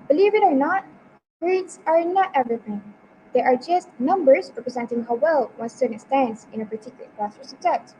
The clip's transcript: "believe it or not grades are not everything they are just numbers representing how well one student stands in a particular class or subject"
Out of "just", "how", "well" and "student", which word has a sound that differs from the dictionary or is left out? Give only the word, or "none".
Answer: student